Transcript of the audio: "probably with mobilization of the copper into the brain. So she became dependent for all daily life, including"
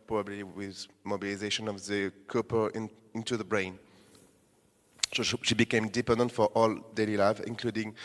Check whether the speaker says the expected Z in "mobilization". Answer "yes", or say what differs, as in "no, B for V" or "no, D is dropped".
yes